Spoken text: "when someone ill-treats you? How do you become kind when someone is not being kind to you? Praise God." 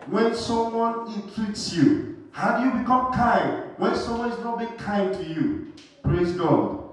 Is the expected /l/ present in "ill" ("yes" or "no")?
no